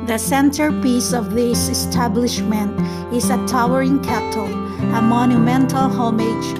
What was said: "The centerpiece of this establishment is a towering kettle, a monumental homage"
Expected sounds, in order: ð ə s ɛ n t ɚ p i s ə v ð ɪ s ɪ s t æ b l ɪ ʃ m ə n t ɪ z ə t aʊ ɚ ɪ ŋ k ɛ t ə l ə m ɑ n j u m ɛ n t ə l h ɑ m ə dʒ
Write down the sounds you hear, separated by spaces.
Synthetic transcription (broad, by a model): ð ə s ɛ n t ɚ p i s ə v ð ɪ s ɪ s t æ b l ɪ ʃ m ə n t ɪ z ə t aʊ ɚ ɪ ŋ k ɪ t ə l ə m ɑ n j u m ɛ n t ə l h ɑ m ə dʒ